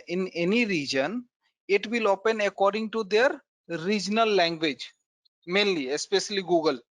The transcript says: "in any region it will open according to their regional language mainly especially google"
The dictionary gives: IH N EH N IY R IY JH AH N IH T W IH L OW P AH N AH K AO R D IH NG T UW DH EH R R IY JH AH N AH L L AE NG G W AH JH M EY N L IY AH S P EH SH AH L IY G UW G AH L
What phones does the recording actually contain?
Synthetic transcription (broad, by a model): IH N EH N IY R IY JH AH N IH T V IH L OW P AH N AH K AO R D IH NG T UW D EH R R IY JH N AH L L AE NG G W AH JH M EY N L IY AH S P EH SH AH L IY G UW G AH L